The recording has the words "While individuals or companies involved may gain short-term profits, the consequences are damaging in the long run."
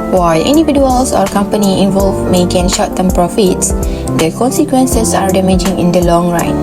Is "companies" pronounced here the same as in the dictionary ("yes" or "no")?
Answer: no